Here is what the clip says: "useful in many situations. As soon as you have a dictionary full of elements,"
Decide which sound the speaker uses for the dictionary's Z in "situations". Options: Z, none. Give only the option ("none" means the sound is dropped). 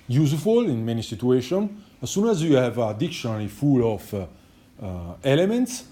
none